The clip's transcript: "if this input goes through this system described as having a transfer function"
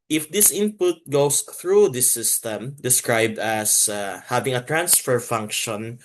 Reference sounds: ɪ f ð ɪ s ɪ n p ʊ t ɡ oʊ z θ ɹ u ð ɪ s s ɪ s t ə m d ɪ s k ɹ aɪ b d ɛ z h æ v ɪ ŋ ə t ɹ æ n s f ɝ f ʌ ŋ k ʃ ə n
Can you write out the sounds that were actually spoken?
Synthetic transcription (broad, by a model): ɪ f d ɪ s ɪ n p ʊ t ɡ oʊ s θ ɹ u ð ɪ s s ɪ s t ə m d ɪ s k ɹ aɪ b d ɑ s h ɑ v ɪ ŋ ə t ɹ æ n s f ɝ f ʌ ŋ k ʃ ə n